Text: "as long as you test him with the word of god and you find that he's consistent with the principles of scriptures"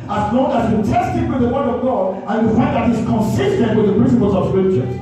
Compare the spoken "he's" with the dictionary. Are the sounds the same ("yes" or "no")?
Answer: no